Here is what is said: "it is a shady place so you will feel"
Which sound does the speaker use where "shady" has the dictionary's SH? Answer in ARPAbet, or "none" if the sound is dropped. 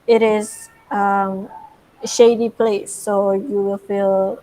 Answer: SH